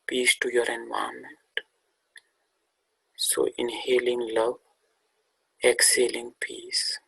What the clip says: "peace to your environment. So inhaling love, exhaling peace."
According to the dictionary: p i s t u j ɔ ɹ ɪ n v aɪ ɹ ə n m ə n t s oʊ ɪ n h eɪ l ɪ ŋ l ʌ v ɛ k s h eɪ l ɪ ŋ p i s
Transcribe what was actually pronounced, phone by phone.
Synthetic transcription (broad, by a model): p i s t u j ɔ ɹ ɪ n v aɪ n m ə n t s oʊ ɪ n h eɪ l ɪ ŋ l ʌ ɛ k s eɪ l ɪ ŋ p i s